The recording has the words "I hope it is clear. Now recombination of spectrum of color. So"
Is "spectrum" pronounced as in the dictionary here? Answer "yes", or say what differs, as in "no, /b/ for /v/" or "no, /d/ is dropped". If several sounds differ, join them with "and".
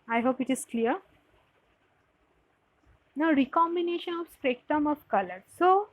no, /ɹ/ is dropped